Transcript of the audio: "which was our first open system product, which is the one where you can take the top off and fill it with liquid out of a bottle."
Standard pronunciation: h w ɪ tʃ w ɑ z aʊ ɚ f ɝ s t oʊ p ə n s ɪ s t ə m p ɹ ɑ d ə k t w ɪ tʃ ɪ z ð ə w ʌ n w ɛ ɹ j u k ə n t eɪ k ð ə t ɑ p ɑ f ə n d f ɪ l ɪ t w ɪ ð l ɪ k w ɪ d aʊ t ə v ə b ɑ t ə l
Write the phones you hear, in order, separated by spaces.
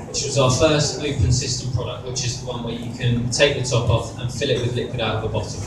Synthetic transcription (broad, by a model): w w ɪ tʃ w ɑ z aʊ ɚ f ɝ s t oʊ p ə n s ɪ s t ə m p ɹ ɑ d ə k t w ɪ tʃ ɪ z ð ə w ʌ n w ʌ j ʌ k ə n t eɪ k ð ə t ɑ p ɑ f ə n f ɪ l ɪ t w ɪ ð l ɪ k w ɪ d aʊ t ə v ə b ɑ t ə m